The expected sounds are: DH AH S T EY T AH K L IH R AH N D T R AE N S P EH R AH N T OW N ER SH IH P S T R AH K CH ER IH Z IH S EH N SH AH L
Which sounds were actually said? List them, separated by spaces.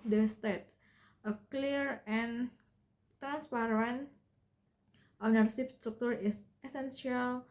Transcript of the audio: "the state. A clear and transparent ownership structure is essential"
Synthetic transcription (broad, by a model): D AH S T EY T AH K L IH R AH N T R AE N S P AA R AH N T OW N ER S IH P S T R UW K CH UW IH S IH S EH N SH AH L